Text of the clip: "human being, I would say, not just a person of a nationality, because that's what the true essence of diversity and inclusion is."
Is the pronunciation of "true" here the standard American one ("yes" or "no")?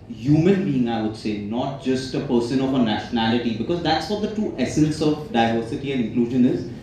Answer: no